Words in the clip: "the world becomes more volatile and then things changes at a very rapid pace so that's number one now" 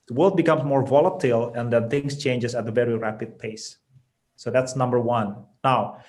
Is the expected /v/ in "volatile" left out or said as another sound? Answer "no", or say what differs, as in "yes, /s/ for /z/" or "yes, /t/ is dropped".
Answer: no